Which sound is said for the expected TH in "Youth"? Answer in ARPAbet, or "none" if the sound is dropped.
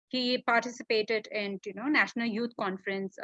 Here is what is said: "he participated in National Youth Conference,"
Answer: T